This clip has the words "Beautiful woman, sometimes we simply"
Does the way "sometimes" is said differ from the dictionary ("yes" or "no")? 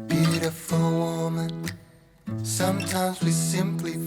no